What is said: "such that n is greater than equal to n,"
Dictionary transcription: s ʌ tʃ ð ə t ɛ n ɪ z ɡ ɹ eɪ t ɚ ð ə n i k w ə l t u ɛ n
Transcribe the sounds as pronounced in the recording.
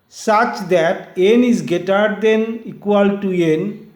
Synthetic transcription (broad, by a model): s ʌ tʃ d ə t ɛ n ɪ z ɡ eɪ t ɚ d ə n i k w ə l t u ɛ n